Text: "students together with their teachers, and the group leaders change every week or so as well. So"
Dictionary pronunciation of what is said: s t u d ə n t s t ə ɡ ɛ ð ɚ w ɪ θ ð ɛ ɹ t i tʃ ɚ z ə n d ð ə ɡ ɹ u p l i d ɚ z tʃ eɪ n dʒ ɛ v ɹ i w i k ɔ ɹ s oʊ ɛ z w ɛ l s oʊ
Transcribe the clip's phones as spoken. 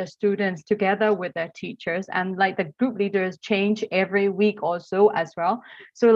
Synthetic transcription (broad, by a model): s t u d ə n t s t ə ɡ ɛ ð ɚ w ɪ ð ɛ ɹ t i tʃ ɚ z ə n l ð ə ɡ ɹ u p l i d ɚ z tʃ eɪ n dʒ ɛ v ɹ i w i k ɔ l s oʊ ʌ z w ɛ l s oʊ